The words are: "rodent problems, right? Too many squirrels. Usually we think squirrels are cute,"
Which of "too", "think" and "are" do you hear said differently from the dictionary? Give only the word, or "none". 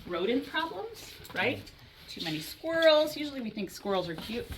none